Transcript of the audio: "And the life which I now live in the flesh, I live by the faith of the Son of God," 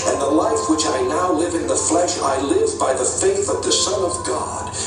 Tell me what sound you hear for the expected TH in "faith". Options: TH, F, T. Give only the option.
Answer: TH